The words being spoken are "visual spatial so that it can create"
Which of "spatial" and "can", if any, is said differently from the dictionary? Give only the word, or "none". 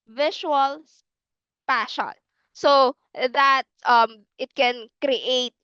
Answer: spatial